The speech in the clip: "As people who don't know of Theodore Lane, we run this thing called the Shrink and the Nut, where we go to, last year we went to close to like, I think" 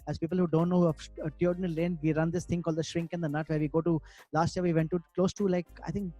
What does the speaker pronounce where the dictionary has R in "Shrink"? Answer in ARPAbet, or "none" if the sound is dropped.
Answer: R